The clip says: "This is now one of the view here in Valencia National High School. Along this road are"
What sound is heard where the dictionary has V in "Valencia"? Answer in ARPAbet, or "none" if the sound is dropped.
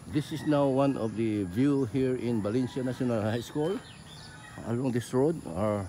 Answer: B